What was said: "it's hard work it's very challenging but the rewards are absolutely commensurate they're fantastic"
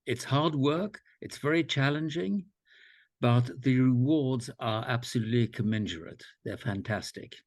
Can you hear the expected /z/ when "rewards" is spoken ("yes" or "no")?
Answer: yes